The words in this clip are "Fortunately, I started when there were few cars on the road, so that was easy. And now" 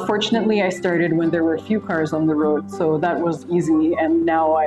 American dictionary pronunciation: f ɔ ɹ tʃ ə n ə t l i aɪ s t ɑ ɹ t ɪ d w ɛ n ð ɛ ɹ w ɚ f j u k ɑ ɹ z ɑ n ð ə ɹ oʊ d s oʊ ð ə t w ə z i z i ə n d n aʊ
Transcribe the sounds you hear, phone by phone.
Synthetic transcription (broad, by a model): f ɔ ɹ tʃ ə n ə t l i aɪ s t ɑ ɹ t ɪ d w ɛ n ð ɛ ɹ w ɚ f j u k ɑ ɹ z n ð ə ɹ oʊ d s oʊ ð ə t w ə z i z i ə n n aʊ